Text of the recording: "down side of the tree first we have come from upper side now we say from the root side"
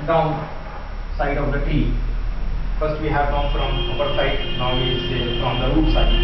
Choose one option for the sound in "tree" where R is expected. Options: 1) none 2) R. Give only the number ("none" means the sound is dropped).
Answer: 1